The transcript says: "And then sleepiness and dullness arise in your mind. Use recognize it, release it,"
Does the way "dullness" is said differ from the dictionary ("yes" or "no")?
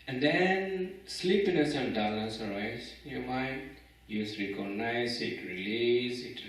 yes